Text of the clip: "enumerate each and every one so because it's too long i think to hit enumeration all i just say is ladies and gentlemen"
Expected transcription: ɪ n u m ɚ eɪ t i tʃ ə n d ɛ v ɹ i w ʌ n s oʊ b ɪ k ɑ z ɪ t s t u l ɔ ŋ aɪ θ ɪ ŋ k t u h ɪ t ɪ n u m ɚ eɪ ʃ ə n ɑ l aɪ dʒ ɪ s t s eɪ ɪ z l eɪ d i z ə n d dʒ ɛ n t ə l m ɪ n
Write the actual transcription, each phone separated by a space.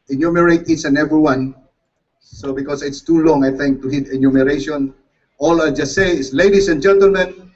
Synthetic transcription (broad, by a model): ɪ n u m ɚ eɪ t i s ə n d ɛ v ɹ i w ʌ n s oʊ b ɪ k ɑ s ɪ t s t u l ɔ ŋ aɪ θ ɪ ŋ k t u h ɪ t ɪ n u m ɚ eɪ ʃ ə n ɑ l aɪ dʒ ɪ s t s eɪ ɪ s l eɪ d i s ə n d dʒ ɛ n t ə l m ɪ n